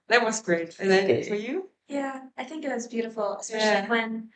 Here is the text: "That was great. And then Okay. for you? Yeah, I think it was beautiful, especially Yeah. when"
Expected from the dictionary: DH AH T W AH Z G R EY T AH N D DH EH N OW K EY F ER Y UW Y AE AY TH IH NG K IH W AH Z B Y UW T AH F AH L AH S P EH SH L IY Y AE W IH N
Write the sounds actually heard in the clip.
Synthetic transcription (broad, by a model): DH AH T W AH Z G R EY T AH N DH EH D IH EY F ER Y UW Y AE AY TH IH NG K IH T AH Z B Y UW T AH F L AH S EH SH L IY W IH N